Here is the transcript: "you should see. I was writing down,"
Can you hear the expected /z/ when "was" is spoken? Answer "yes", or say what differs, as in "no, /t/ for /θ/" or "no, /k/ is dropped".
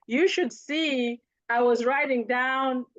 yes